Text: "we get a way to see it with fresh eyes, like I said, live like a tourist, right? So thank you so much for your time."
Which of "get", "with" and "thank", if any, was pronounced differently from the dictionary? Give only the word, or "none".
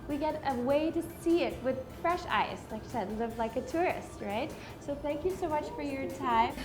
none